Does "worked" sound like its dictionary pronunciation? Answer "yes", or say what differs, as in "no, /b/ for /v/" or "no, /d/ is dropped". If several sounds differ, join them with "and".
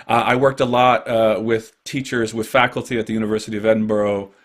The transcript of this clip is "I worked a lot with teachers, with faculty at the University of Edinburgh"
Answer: yes